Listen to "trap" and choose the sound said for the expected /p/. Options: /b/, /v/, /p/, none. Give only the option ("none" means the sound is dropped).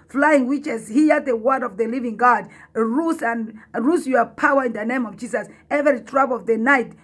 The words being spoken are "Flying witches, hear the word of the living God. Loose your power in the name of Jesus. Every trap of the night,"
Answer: /b/